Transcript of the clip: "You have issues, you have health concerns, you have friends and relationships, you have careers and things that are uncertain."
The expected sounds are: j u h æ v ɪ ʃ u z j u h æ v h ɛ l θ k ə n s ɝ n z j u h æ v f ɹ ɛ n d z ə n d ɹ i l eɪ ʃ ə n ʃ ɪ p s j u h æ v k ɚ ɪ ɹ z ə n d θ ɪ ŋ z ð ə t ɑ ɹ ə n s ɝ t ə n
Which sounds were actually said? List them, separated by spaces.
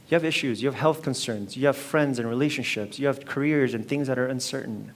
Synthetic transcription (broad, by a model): j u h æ v ɪ ʃ u z j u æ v h ɛ l θ k ə n s ɝ n z j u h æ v f ɹ ɛ n d z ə n ɹ i l eɪ ʃ ə n ʃ ɪ p s j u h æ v k ɚ ɪ ɹ z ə n θ ɪ ŋ z ð ə t ɑ ɹ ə n s ɝ t n